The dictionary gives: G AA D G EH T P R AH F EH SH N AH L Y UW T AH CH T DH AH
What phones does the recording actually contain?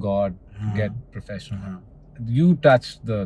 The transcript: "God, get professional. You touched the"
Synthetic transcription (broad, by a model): G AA D G EH T P R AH F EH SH AH N Y UW T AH CH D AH